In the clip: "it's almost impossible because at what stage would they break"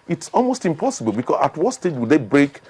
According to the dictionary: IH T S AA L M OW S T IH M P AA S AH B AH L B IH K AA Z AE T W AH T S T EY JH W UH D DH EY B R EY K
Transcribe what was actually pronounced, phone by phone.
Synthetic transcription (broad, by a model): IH T S AA L M OW S T IH M P AA S AH B AH L B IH K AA S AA T W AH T S T EY JH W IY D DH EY B R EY K